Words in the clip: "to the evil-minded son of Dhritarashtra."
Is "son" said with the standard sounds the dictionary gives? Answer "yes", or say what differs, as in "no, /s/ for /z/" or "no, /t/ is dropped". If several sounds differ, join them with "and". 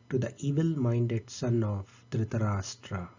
yes